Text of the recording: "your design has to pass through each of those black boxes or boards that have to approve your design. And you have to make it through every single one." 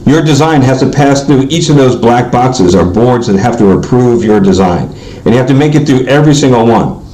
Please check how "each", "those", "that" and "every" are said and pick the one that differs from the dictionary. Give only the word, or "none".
none